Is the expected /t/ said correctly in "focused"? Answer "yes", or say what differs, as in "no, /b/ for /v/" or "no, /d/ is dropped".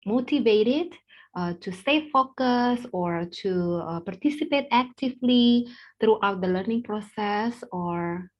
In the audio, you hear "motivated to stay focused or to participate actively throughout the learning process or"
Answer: no, /t/ is dropped